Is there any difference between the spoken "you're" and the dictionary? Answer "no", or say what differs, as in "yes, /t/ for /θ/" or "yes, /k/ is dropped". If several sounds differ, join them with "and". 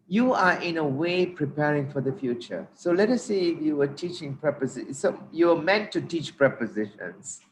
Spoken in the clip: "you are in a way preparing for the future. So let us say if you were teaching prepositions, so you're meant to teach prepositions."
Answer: yes, /w/ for /ɹ/